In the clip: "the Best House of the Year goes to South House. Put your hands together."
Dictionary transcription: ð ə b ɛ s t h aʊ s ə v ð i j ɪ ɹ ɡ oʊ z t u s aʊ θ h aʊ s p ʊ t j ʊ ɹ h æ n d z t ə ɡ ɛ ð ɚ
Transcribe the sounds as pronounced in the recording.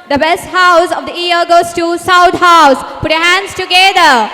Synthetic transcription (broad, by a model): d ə b ɛ s t h aʊ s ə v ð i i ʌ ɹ ɡ oʊ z t u s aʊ t h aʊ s p ʊ t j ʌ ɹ h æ n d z t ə ɡ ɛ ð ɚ